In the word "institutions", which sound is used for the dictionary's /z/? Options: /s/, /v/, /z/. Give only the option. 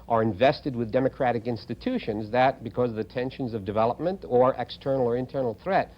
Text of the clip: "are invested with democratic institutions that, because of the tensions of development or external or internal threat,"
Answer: /z/